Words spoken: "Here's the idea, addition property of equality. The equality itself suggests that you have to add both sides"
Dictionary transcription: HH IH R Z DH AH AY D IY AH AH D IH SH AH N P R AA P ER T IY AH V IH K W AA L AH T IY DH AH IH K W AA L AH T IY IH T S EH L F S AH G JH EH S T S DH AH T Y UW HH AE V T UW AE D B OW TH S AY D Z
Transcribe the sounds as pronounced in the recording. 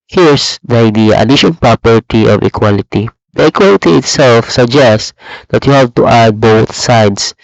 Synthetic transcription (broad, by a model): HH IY R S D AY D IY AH AH D IH SH AH N P R AA P ER T IY AH V IH K W AA L AH T IY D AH IH K W AA L AH T IY IH T S EH L F S AH G JH EH S T S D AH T Y UW HH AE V T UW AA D B OW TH S AY D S